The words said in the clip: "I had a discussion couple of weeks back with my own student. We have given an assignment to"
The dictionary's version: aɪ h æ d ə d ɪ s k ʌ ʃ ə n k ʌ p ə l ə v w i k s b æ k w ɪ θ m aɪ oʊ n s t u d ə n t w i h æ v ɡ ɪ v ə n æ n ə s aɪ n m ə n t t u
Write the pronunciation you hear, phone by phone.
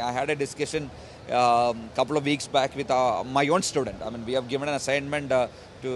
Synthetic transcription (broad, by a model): aɪ h æ d ə d ɪ s k ʌ ʃ ə n k ʌ p ə l ə v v i k s b æ k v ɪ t m aɪ oʊ n s t u d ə n t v i h æ v ɡ ɪ v ə n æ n ə s aɪ n m ə n t t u